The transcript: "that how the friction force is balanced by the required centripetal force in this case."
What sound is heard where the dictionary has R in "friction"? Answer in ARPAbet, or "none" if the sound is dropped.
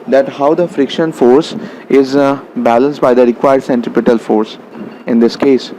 R